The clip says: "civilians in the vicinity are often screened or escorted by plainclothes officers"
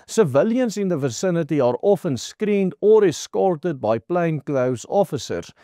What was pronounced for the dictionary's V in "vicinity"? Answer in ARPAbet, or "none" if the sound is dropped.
V